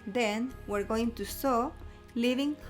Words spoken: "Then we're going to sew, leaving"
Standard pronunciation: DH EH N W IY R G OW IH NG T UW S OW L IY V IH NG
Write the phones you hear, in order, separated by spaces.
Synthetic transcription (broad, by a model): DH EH N W IY R G OW IH NG T UW S OW L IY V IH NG